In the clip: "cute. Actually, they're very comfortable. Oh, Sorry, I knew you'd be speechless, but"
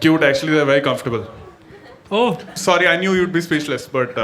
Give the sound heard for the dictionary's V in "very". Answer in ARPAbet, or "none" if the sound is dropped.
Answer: V